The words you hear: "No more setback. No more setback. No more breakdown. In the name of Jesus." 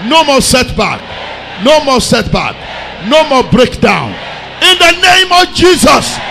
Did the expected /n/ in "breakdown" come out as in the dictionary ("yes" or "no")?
yes